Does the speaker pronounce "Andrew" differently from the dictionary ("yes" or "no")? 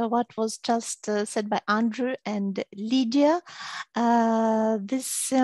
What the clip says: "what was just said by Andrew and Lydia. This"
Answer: no